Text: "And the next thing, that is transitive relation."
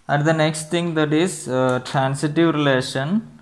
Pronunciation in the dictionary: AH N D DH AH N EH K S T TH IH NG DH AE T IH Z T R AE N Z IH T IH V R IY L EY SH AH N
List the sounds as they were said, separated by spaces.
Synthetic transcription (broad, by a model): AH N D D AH N EH K S T T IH NG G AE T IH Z T R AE N S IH T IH V R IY L EY SH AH N